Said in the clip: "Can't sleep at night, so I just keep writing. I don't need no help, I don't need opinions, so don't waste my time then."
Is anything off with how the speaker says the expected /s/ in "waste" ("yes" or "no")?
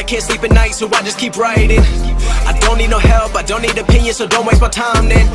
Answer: yes